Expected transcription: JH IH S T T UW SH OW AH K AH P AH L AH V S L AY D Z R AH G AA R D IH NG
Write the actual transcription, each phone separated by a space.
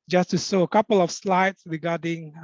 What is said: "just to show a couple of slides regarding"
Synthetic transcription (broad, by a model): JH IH S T T UW S OW AH K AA P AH L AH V S L AY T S R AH G AA D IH NG